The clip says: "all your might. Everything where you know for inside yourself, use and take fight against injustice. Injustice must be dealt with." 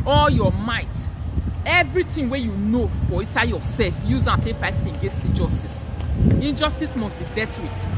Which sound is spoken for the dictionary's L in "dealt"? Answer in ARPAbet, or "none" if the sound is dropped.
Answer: none